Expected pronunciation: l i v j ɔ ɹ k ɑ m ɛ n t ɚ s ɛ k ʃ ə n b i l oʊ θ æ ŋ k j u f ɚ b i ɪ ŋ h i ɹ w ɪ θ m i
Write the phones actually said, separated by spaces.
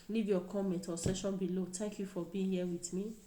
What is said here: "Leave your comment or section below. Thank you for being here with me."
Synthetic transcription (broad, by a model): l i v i ɔ k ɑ m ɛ t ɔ s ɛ ʃ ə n b i l oʊ t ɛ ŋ k j u f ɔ b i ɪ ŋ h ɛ w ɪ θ m i